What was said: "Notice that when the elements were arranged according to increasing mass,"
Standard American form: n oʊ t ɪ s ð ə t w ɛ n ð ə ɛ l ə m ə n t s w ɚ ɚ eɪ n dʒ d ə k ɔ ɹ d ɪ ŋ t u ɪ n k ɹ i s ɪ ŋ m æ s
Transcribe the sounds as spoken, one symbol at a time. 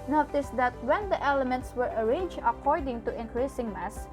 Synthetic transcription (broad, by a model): n oʊ t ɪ s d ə t w ɛ n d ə ɛ l ə m ə n t s w ɚ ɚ eɪ n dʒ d ə k ɔ ɹ d ɪ ŋ t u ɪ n k ɹ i s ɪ ŋ m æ s